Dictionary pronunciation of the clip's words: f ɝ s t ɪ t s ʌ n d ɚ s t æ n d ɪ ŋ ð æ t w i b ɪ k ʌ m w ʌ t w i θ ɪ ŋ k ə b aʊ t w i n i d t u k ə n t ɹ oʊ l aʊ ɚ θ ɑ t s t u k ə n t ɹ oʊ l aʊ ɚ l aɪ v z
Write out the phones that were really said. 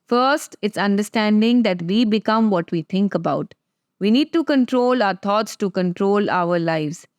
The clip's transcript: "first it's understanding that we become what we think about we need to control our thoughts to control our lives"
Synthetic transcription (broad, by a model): f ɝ s t ɪ t s ʌ n d ɚ s t æ n d ɪ ŋ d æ t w i b ɪ k ʌ m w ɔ t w i t ɪ ŋ k ə b aʊ t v i n i d t u k ə n t ɹ oʊ l aʊ ɚ t ɑ t s t u k ə n t ɹ oʊ l aʊ ɚ l aɪ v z